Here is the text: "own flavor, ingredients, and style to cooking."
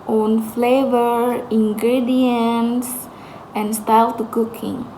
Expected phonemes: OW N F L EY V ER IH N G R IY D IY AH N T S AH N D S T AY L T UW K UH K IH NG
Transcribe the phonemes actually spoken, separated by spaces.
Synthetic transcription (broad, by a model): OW N F L EY V ER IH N G R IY D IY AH N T S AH N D S T AY L T UW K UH K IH NG